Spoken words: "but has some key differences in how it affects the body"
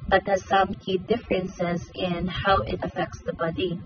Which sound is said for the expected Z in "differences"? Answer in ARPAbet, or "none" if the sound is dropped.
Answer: Z